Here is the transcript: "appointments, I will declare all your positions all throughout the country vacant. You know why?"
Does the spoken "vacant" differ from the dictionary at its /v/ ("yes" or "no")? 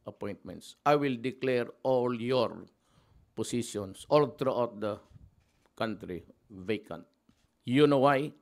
no